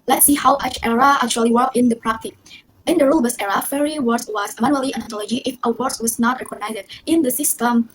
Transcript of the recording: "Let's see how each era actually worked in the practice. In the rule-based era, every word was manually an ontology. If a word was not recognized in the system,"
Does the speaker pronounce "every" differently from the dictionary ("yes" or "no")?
yes